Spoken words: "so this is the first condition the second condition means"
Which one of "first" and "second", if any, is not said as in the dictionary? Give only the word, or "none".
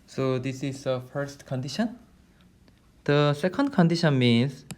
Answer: none